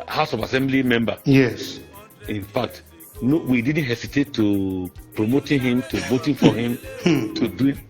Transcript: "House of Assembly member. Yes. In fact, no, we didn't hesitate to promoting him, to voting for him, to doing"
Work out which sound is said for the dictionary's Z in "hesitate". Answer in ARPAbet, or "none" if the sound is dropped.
S